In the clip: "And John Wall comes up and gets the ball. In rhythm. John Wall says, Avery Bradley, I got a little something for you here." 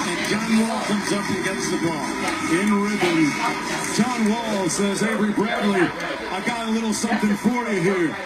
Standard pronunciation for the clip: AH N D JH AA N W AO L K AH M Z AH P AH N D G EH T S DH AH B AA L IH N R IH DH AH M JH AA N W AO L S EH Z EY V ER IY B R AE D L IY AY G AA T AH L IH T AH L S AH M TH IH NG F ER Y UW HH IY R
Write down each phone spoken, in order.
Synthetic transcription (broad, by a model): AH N JH AA N W AO L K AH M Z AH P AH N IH G EH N S DH AH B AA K IH N R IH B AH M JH AA N W AO L S EH Z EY B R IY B R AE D L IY AY G AA T AH L IH T L S AH M TH IH NG F ER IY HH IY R